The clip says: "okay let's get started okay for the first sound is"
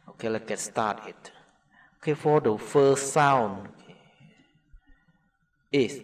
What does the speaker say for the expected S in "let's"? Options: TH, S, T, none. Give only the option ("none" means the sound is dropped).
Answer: none